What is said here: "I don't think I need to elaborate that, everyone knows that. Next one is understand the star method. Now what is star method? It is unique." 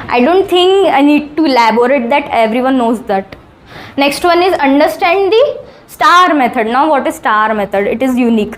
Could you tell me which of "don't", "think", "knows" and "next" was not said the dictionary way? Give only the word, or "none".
think